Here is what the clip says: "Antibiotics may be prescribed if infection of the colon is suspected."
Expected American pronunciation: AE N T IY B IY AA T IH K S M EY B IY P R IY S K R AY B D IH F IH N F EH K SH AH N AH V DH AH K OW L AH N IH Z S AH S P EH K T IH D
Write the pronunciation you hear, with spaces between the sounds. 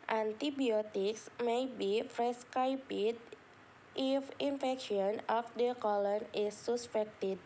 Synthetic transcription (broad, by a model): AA N T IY B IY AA T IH K S M EY B IY F R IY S K AY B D IH F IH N F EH K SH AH N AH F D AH K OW L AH N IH S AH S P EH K T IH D